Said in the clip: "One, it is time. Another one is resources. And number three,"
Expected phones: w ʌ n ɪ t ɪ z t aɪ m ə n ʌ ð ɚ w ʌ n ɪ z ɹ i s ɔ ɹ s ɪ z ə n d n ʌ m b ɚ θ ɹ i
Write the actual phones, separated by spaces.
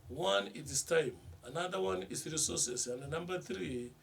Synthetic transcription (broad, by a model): w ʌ n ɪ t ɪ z t aɪ m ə n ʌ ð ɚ w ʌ n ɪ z ɹ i s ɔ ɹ s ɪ s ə n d n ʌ m b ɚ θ ɹ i